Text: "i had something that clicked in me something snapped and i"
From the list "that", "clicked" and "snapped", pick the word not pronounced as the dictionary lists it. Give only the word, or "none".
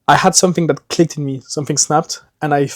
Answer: none